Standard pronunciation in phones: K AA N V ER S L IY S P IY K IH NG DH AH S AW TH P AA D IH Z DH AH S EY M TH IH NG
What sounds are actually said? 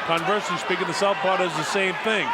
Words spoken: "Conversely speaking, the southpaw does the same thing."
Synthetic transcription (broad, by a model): K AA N V ER S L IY S P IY K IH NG DH AH S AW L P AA D IH Z DH AH S EY M TH IH NG